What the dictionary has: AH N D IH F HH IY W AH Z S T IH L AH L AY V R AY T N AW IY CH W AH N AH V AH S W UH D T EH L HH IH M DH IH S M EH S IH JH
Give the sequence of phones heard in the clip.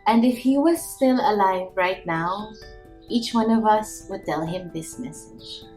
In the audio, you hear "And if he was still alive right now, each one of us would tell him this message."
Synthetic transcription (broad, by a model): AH N D IH F HH IY W AH Z S T IH L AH L AY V R AY T N AW IY CH W AH N AH V AH S W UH D T EH L HH IH M DH IH S M EH S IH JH